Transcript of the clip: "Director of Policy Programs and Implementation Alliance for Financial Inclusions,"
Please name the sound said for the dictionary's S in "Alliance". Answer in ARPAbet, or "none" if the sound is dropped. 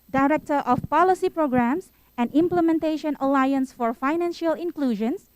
S